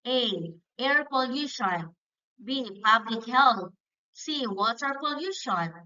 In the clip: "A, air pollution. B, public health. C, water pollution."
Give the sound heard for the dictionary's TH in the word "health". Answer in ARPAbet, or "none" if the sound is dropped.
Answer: T